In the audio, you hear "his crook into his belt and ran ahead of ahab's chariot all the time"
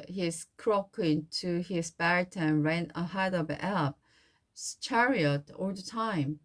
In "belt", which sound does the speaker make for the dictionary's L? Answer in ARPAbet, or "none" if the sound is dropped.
none